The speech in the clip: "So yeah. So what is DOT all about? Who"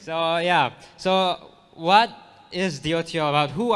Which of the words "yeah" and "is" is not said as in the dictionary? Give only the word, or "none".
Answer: none